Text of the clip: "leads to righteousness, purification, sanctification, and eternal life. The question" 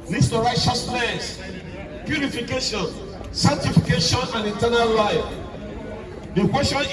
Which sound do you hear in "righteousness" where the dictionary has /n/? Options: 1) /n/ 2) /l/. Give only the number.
2